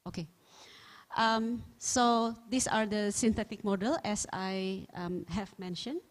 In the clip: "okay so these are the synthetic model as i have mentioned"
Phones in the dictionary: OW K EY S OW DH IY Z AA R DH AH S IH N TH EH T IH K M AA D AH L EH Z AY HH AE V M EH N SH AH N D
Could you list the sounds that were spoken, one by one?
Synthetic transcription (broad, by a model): OW K EY S OW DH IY S AA R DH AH S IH N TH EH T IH K M AA D AH L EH S AY HH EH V M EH N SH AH N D